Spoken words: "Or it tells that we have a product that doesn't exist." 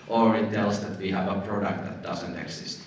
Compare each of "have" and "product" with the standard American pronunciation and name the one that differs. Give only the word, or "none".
none